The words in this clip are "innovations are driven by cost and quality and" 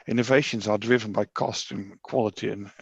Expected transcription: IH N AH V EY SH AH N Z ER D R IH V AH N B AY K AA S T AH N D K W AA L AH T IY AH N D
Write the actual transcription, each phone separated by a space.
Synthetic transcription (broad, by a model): IH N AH V EY SH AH N Z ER D R IH V AH N B AY K AA S T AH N K W AA L AH T IY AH N